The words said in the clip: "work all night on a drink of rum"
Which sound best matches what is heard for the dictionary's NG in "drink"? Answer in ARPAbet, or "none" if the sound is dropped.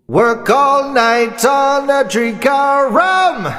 none